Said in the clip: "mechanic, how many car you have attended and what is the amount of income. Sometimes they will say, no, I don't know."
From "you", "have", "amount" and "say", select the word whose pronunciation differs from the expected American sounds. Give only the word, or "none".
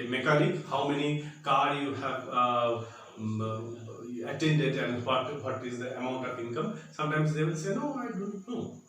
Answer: none